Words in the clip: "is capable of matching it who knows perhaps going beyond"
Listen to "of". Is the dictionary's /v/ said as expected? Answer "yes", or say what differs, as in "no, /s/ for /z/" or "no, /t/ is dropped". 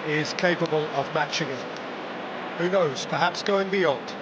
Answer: yes